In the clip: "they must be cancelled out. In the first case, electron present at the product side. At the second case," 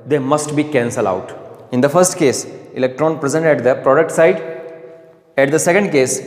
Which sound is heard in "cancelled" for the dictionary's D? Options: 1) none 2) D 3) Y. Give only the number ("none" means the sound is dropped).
1